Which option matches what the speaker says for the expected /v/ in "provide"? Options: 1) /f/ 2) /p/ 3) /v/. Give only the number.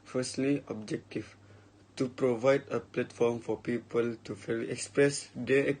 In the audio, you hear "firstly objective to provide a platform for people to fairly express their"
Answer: 3